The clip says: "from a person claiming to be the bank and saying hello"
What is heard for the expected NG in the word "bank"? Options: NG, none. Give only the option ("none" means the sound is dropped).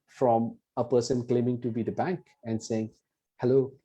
NG